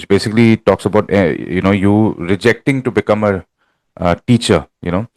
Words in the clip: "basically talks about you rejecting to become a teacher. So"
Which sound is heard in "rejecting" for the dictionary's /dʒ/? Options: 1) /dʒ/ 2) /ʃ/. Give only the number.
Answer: 1